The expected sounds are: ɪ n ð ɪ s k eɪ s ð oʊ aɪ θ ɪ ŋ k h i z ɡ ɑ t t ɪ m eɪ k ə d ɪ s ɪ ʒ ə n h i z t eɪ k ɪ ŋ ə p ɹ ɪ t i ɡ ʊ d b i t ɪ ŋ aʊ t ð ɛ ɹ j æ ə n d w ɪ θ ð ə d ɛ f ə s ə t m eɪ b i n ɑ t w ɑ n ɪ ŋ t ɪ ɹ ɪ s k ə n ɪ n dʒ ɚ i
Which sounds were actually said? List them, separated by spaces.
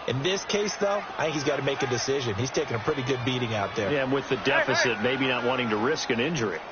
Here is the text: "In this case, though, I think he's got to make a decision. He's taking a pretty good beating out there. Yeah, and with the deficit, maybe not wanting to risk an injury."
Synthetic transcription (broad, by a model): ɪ n ð ɪ s k eɪ s ð oʊ aɪ θ ɪ ŋ k h i z ɡ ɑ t t ɪ m eɪ k ə d ɪ s ɪ ʒ ə n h i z t eɪ k ɪ ŋ ə p ɹ ɪ t i ɡ ʊ d b i t ɪ ŋ aʊ t ð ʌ ɹ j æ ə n w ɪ ð ə d ɛ f ə s ə t m eɪ b i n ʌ t w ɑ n ɪ ŋ t ɪ ɹ ɪ s k ə n ɪ n dʒ ɚ i